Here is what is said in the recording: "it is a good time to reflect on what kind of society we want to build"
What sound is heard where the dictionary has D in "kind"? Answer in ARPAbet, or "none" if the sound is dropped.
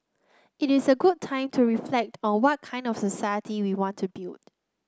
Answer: D